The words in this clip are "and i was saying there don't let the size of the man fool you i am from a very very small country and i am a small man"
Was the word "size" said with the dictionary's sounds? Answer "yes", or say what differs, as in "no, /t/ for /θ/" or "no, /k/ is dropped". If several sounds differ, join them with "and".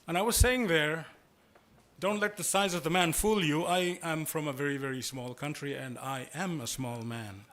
yes